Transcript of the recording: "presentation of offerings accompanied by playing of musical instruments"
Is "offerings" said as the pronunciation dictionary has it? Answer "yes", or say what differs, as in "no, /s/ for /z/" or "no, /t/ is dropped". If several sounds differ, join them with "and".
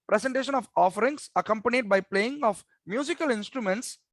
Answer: no, /s/ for /z/